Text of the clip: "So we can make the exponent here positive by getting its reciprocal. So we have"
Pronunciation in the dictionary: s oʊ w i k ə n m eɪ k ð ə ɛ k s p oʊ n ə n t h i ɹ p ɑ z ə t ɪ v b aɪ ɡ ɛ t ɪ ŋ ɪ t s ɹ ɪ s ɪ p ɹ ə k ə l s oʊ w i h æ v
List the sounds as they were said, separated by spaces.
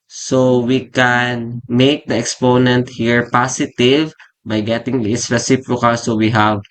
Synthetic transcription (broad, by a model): s oʊ w i k ə n m eɪ k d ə ɛ k s p oʊ n ə n t h i ɹ p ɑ s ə t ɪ v b aɪ ɡ ɛ t ɪ ŋ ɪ s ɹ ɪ s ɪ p ɹ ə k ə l s oʊ w i h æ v